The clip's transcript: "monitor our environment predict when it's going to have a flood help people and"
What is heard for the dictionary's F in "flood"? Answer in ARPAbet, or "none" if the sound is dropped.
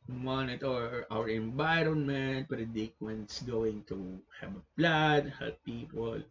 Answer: P